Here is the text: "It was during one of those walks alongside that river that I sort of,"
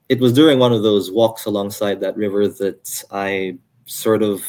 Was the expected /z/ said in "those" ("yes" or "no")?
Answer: yes